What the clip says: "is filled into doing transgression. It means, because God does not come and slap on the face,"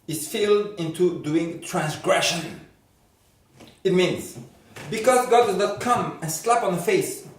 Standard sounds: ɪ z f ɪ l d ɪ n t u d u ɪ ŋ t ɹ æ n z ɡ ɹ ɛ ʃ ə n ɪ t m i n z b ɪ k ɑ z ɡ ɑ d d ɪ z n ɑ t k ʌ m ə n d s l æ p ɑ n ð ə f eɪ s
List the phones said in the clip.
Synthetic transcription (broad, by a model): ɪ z f ɪ l d ɪ n t u d u ɪ ŋ t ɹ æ n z ɡ ɹ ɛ ʃ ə n ɪ t m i n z b ɪ k ɑ z ɡ ɑ d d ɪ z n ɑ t k ʌ m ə n s l æ p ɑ n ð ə f eɪ s